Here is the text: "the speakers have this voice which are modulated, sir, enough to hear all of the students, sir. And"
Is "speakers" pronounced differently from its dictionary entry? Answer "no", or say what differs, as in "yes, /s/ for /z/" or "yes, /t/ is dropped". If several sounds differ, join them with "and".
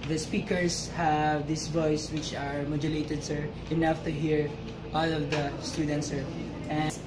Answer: yes, /s/ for /z/